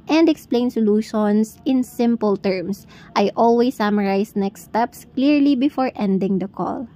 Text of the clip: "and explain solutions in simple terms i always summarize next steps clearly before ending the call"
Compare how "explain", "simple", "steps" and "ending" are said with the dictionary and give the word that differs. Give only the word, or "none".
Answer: none